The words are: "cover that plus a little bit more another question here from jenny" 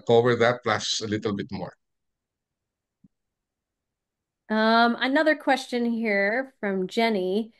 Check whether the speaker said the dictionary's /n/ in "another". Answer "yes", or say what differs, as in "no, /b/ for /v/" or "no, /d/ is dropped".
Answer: yes